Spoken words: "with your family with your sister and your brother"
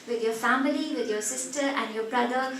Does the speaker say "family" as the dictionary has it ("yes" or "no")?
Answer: yes